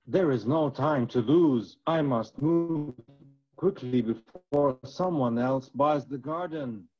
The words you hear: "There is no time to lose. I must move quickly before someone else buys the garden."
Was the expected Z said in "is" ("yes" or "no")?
yes